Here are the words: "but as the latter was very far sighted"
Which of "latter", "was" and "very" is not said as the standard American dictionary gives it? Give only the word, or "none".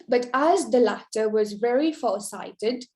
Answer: none